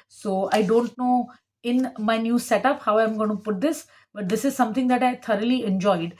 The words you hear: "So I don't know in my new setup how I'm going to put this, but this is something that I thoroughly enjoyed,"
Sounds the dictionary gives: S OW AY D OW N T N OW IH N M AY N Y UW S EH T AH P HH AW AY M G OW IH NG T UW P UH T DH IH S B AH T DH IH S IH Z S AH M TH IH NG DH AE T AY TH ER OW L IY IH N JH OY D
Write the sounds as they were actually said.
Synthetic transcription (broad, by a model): S OW AY D OW N T N OW IH N M AY N Y UW S EH T AH P HH AW AY M G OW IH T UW P UH T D IH S B AH T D IH S IH Z S AH M T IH NG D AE T AY T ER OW L IY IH N JH OY D